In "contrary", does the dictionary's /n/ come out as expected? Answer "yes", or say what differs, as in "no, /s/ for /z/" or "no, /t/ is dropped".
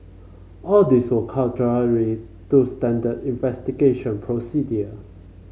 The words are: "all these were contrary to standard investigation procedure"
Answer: no, /n/ is dropped